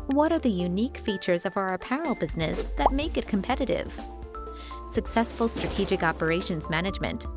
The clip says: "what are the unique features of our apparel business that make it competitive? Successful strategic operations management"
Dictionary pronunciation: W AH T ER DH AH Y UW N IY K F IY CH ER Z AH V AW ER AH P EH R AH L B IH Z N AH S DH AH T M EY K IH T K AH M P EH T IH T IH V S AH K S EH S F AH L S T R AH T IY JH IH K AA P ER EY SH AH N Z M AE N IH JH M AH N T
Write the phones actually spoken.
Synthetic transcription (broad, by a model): W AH T ER DH AH Y UW N IY K F IY CH ER Z AH V AW ER P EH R L B IH Z N AH S DH AH T M EY K IH T K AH M P EH T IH T IH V S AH K S EH S F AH L S T R AH T IY JH IH K AA P ER EY SH AH N Z M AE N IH JH M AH N T